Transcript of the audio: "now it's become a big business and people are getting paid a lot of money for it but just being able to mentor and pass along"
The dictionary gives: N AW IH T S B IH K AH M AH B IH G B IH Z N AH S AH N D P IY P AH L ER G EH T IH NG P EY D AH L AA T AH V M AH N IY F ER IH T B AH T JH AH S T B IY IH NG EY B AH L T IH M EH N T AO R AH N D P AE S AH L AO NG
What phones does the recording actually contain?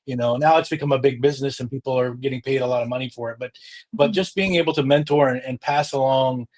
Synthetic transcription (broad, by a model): N AW IH T S B IH K AH M AH B IH G B IH Z N AH S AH N P IY P L ER G EH T IH NG P EY D AH L AA T AH V M AH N IY F ER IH T B AH T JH AH S B IY IH NG EY B L T IH M EH N T AO R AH N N P AE S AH L AO NG